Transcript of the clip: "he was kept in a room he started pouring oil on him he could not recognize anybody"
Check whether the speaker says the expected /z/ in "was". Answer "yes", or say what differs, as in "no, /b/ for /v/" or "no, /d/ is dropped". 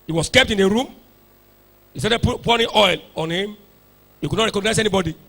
no, /s/ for /z/